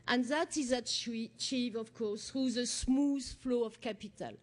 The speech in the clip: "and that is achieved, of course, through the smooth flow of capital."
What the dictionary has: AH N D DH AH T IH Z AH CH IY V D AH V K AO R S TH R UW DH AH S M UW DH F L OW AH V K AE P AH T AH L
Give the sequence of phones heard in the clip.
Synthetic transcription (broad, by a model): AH N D DH AH T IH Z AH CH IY V AH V K AO R S TH R UW DH AH S M UW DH F L OW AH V K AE P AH T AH L